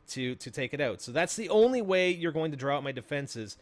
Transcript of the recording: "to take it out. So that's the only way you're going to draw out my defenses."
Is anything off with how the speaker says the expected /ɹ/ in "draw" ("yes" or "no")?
no